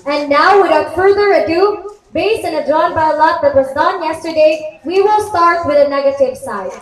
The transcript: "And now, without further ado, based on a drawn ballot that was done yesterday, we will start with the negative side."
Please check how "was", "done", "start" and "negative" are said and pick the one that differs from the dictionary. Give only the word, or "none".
none